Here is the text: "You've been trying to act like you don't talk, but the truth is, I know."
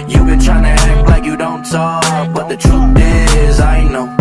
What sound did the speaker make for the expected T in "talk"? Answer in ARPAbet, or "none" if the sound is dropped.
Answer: S